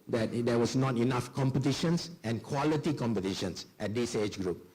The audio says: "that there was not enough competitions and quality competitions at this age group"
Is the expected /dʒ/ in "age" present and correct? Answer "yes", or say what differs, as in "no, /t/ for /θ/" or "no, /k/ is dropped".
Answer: no, /tʃ/ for /dʒ/